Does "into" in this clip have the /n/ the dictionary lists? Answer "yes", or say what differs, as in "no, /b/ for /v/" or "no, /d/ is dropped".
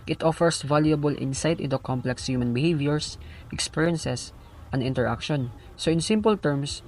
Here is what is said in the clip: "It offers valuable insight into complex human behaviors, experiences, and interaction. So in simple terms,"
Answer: yes